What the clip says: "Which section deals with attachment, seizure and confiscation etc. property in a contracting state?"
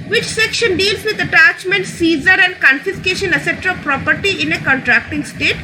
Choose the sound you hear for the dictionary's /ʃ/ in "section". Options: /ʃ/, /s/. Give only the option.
/ʃ/